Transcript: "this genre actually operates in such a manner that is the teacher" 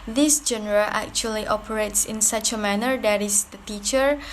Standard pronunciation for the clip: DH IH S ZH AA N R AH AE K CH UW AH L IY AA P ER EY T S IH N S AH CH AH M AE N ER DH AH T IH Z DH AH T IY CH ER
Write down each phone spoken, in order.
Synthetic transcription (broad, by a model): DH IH S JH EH N R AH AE K CH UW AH L IY AA P ER EY T S IH N S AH CH AH M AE N ER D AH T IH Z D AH T IY CH ER